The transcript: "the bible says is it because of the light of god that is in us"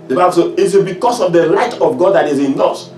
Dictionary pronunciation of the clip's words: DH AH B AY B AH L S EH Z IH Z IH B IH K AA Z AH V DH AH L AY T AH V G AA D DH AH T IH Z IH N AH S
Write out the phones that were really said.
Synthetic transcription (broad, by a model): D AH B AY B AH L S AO IH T IH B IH K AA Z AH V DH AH L AY T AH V G AA D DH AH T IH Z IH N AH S